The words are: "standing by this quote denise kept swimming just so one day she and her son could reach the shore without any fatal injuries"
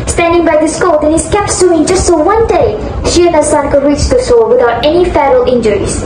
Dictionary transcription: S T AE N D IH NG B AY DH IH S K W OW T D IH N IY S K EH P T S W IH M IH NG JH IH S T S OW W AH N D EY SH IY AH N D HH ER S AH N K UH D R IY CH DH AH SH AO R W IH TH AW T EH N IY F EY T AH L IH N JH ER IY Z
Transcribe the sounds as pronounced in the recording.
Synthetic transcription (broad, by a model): S T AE N D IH NG B AY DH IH S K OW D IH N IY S K EH P T S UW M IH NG JH IH S T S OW W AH N D EY SH IY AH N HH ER S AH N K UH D R IY CH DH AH S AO W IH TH AW T EH N IY F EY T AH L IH N JH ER IY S